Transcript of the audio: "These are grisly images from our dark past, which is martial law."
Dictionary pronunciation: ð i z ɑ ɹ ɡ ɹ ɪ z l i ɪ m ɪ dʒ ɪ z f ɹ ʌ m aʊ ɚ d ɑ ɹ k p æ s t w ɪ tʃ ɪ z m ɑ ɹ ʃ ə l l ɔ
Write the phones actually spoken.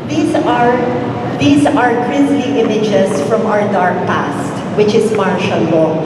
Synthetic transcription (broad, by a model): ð i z ɑ ɹ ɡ ɹ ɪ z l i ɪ m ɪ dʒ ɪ s f ɹ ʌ m aʊ ɚ d ɑ ɹ k p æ s t w ɪ tʃ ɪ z m ɑ ɹ ʃ ə l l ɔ